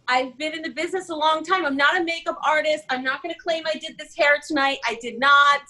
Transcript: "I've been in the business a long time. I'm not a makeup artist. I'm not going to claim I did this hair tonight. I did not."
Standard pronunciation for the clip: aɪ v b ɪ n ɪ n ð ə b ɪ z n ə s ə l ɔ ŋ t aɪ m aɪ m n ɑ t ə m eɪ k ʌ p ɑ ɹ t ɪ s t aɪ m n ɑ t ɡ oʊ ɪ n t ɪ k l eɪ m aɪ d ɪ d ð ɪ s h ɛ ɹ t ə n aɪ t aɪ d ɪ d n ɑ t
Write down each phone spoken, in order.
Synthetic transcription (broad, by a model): aɪ v b ɪ n ɪ n ð ə b ɪ z n ə s ə l ɔ ŋ t aɪ m aɪ m n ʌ t ə m eɪ k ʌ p ɑ ɹ t ɪ s t aɪ m n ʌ t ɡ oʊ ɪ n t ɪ k l eɪ m aɪ d ɪ d ð ɪ s h ɛ ɹ t ə n aɪ t aɪ d ɪ d n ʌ t